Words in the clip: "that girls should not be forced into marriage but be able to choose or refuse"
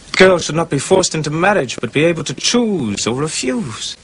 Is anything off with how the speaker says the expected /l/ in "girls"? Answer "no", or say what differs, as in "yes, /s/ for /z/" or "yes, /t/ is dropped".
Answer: no